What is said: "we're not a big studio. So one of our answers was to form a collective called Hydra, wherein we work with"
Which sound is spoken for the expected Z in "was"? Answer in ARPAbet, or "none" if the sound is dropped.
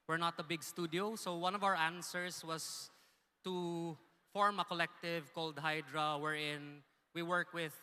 S